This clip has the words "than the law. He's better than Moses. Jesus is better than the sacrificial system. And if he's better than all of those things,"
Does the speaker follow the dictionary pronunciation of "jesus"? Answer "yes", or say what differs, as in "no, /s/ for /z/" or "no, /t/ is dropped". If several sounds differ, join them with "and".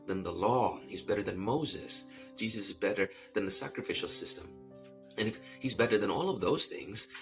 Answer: yes